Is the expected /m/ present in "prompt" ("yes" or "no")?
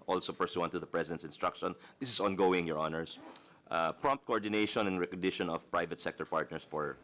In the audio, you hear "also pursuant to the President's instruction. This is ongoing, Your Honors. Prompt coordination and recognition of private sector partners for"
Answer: yes